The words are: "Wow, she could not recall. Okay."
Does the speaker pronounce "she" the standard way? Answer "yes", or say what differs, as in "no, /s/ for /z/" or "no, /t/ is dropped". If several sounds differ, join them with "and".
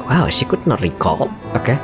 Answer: no, /s/ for /ʃ/